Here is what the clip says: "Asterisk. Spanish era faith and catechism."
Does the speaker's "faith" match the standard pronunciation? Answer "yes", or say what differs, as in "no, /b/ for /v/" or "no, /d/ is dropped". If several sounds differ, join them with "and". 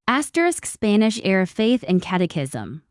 yes